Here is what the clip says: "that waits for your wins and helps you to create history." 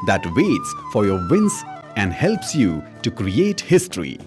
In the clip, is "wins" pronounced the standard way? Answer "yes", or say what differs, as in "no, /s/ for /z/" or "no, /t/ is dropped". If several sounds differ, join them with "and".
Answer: no, /s/ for /z/